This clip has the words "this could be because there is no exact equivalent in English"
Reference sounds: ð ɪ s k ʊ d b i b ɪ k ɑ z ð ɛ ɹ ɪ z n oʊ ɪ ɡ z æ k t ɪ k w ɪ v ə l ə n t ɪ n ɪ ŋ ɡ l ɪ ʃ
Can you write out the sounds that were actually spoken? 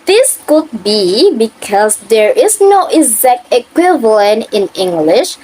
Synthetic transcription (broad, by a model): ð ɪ s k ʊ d b i b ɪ k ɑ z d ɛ ɹ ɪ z n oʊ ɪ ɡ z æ k t ɪ k w ɪ v ə l ə n t ɪ n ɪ ŋ ɡ l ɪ ʃ